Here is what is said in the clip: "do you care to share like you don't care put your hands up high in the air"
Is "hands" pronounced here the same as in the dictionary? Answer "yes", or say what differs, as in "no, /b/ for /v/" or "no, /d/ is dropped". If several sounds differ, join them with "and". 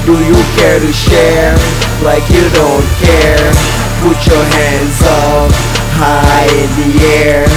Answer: yes